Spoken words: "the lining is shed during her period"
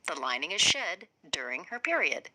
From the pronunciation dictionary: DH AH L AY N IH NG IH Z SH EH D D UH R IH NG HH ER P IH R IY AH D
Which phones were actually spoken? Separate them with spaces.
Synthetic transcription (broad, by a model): DH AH L AY N IH NG IH Z SH EH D D UH R IH NG HH ER P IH R IY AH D